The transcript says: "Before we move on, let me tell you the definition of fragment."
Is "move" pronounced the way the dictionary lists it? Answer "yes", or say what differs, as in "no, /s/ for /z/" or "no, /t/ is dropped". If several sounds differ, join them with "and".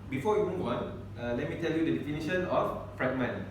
no, /w/ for /v/